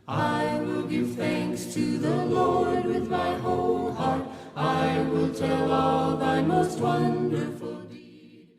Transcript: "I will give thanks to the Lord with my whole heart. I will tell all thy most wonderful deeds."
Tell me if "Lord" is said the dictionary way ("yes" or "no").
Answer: yes